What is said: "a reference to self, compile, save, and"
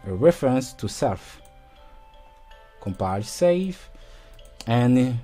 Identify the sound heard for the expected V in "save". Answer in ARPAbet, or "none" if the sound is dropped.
F